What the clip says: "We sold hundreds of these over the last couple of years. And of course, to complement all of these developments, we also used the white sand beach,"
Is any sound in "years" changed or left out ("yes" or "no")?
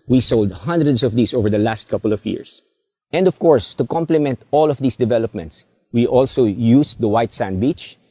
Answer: yes